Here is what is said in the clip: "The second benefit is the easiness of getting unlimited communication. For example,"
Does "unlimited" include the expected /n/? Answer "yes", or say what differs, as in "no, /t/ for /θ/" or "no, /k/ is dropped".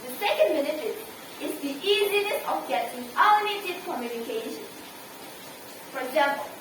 no, /n/ is dropped